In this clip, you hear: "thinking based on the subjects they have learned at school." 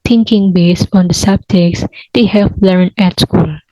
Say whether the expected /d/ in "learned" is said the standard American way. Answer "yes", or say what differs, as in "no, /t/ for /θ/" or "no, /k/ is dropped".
no, /d/ is dropped